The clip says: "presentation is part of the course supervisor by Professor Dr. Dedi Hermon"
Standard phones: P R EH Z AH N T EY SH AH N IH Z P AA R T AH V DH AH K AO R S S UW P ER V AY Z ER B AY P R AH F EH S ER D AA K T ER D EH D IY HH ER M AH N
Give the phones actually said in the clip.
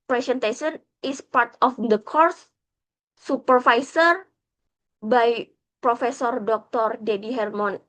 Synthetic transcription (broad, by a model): P R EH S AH N T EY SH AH N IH S P AA R T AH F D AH K AO R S S UW P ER F AY S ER B AY P R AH F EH S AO D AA K T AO D EH D IY HH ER M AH N